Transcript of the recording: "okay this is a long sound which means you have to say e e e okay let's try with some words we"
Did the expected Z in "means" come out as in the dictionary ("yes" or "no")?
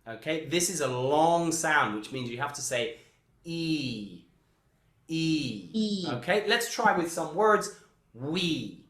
yes